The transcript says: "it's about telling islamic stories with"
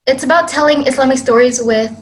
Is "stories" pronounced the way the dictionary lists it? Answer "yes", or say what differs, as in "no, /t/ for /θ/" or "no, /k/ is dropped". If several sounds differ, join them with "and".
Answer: yes